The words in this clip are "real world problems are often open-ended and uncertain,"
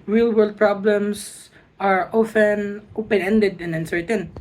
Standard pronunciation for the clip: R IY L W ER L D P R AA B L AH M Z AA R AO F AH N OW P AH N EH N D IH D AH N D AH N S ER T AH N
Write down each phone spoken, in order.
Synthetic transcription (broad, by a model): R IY L W ER L D P R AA B L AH M S AA R AO F AH N OW P AH N EH N D IH D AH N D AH N S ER T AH N